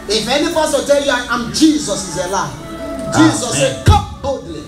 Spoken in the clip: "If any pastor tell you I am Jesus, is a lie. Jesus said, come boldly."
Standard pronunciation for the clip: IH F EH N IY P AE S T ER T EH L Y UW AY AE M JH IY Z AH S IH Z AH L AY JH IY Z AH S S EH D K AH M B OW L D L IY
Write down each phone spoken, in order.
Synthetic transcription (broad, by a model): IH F EH N IY F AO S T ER T EH L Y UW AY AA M JH IY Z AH S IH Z AH L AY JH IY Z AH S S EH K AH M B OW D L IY